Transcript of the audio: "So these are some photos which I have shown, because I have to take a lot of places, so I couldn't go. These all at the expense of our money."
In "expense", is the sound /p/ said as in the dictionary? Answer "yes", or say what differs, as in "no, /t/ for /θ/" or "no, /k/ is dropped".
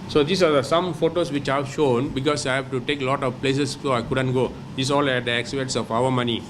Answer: no, /b/ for /p/